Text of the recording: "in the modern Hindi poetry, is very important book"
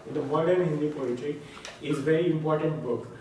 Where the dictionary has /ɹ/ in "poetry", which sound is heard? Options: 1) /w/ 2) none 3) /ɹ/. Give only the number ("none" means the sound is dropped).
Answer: 2